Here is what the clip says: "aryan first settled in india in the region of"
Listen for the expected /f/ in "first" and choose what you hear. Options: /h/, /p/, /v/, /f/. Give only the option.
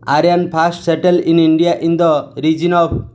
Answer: /p/